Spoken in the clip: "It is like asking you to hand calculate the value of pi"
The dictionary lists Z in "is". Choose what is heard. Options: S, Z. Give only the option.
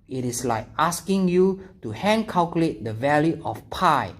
S